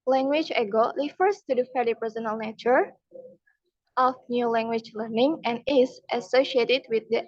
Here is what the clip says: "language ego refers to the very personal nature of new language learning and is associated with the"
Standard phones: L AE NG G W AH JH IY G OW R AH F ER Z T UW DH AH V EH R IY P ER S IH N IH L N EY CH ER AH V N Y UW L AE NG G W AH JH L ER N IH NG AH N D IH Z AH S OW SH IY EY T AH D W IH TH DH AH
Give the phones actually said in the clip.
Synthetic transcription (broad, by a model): L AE NG G W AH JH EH G OW R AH F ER S T UW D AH F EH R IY P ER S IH N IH L N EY CH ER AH F N Y UW L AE NG G W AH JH L ER N IH NG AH N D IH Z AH S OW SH IY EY T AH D W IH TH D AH